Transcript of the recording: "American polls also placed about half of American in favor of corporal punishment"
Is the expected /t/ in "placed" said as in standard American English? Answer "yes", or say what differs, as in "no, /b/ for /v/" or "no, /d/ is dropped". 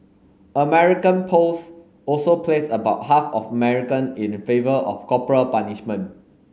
no, /t/ is dropped